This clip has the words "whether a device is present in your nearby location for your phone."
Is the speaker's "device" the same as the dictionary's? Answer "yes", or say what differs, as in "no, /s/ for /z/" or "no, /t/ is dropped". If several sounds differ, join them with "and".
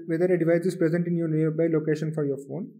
yes